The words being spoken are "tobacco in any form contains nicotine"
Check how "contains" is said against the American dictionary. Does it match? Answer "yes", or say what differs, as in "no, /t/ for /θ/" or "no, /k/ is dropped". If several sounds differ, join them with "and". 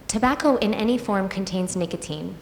yes